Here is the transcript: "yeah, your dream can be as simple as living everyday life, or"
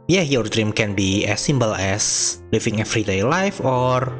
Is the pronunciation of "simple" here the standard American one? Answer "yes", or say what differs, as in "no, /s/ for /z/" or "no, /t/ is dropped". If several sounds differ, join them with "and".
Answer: no, /b/ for /p/